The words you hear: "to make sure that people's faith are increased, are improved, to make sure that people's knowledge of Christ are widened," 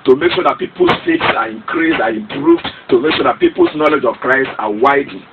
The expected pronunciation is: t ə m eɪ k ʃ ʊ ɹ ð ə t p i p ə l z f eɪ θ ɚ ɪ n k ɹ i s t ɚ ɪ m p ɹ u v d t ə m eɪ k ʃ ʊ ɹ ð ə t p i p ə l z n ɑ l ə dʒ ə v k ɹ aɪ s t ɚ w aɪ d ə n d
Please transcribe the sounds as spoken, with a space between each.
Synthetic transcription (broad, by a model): t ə m eɪ k ʃ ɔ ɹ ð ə t p i p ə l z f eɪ s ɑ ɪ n k ɹ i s ɑ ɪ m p ɹ u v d t ə m eɪ k ʃ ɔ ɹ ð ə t p i p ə l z n ɑ l ə dʒ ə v k ɹ aɪ s t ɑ w aɪ d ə